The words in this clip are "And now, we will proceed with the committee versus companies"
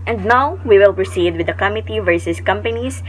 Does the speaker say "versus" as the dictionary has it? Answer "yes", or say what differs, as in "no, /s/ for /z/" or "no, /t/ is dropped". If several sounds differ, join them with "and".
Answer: yes